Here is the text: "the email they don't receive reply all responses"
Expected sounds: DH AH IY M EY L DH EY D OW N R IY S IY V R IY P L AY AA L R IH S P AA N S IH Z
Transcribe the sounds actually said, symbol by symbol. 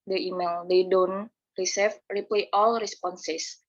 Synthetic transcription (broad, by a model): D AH IY M EY L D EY D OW N R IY S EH F R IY P L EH AA L R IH S P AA N S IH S